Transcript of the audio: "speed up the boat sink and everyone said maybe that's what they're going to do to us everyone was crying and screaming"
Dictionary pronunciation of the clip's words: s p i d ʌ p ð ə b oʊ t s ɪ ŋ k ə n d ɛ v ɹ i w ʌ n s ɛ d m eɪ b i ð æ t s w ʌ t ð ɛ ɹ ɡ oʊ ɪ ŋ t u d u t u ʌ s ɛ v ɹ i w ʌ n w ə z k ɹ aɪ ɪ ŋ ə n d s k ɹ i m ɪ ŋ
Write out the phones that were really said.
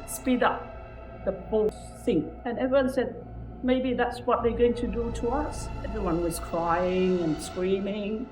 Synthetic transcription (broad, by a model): s p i d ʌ p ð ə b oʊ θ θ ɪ ŋ ə n ɛ v ɹ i w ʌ n s ɛ d m eɪ b i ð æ t s w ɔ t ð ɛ ɡ oʊ ɪ ŋ t u d u t u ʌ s ɛ v ɹ i w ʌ n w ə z k ɹ aɪ ɪ ŋ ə n s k ɹ i m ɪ ŋ